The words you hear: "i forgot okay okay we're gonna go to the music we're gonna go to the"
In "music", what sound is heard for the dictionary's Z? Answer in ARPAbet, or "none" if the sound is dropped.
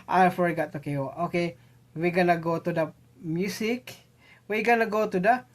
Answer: S